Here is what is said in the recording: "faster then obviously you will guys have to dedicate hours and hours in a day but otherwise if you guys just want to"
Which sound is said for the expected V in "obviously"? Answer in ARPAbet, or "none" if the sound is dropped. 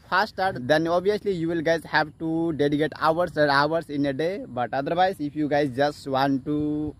none